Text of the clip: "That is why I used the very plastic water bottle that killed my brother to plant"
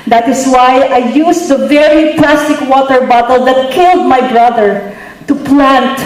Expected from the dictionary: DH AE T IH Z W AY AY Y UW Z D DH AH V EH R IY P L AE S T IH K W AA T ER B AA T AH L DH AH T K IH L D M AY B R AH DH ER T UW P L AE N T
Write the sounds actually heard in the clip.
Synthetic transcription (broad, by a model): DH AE T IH S W AY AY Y UW S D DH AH V EH R IY P L AE S T IH K W AA T ER B AA T AH L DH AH T K IH L D M AY B R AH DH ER T UW P L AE N T